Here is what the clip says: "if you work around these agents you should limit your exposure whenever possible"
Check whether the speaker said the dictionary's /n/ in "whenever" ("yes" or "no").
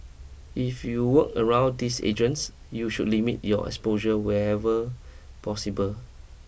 no